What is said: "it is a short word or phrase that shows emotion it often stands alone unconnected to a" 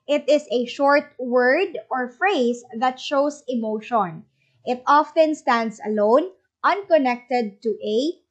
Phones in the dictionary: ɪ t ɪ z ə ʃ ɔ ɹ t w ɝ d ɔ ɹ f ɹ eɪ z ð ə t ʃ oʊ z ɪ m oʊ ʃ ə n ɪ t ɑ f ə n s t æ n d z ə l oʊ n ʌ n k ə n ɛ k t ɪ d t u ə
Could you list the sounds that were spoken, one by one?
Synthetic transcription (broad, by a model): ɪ t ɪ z ə ʃ ɔ ɹ t w ɝ d ɔ ɹ f ɹ eɪ s ð ə t ʃ oʊ s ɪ m oʊ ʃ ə n ɪ t ɑ f ə n s t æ n d s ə l oʊ n ʌ n k ə n ɛ k t ɪ d t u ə